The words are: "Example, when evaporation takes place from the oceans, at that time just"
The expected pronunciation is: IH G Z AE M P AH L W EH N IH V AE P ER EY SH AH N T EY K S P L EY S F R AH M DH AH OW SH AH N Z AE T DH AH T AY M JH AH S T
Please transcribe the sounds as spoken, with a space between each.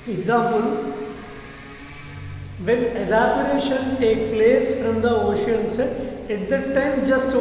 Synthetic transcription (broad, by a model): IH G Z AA M P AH L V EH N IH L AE B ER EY SH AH N T EY K P L EY S F R AH M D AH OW SH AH N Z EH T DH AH T AY M JH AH S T